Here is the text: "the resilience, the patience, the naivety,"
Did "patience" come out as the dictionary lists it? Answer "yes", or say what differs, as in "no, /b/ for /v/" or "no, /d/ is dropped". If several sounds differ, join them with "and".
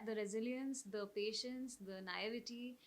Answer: yes